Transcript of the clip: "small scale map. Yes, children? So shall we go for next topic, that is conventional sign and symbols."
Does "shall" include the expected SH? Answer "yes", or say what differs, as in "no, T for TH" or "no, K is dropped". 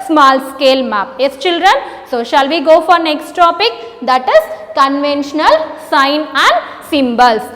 yes